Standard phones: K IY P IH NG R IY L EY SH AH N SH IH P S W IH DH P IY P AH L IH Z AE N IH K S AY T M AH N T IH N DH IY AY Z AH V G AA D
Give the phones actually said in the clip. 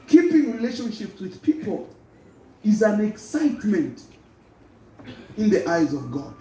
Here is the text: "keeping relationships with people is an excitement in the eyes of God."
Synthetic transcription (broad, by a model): K IY P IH NG R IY L EY SH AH N SH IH P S W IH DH P IY P AH L IH Z AE N IH K S AY T M AH N T IH N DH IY AY Z AH V G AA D